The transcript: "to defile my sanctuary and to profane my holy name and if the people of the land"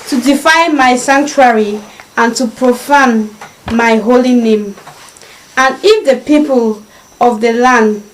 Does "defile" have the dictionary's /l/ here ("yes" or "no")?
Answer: no